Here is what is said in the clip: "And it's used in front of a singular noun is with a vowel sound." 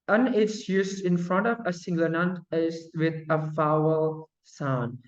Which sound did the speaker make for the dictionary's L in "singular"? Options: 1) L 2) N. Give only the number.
2